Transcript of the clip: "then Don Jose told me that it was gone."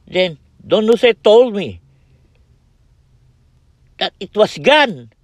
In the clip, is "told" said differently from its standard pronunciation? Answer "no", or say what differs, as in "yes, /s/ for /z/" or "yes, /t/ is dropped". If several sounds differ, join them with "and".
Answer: no